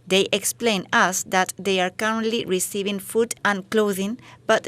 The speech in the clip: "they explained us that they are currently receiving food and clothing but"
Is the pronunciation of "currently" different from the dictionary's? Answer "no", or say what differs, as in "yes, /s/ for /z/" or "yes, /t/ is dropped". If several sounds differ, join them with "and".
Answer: no